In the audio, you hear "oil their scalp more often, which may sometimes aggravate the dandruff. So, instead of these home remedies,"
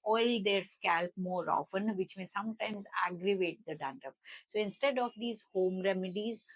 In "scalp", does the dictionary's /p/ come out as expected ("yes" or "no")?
yes